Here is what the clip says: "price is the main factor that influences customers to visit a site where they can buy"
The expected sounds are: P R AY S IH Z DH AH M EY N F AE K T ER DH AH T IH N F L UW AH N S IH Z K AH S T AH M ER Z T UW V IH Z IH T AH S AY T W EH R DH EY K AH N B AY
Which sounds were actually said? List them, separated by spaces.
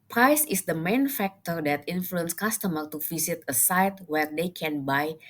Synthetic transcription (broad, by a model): P R AY S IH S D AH M EY N F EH K T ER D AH T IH N F L UW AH N S K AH S T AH M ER T UW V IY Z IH T AH S AY T W EH R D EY K AH N B AY